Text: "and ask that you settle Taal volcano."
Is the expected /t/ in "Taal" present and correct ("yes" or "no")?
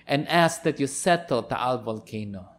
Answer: yes